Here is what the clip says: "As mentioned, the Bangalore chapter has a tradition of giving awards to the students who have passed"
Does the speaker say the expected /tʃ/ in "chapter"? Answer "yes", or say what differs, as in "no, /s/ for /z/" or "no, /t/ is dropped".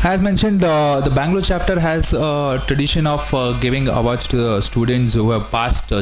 yes